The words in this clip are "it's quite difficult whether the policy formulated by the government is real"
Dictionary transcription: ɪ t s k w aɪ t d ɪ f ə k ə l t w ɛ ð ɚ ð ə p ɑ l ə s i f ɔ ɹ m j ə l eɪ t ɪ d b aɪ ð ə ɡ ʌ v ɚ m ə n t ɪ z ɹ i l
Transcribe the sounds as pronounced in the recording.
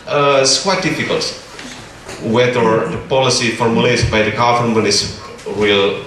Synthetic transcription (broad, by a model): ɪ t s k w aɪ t d ɪ f ə k ə l t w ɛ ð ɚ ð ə p ɑ l ə s i f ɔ ɹ m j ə l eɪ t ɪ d b aɪ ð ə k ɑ f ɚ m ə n ɪ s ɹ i l